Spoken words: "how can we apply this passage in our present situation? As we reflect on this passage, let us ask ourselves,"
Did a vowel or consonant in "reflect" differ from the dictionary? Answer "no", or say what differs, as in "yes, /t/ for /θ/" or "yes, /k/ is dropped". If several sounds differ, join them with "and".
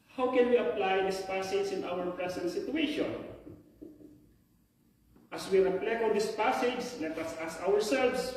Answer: yes, /t/ is dropped